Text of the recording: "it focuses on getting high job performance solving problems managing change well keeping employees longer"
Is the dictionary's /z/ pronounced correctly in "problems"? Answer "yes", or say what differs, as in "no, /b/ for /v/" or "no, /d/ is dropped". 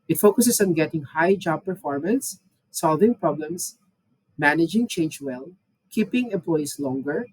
no, /s/ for /z/